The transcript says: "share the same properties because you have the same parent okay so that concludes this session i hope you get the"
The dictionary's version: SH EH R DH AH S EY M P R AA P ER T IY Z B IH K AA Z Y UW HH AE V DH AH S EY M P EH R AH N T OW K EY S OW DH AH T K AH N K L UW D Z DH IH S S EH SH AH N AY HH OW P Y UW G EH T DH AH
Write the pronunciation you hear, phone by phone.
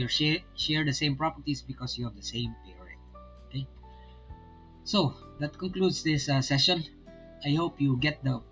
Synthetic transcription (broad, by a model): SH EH R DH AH S EY M P R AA P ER T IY S B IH K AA S Y UW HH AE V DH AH S EY M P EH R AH T OW K EY S OW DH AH T K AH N K L UW D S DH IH S S EH SH AH N AY HH OW P Y UW G EH T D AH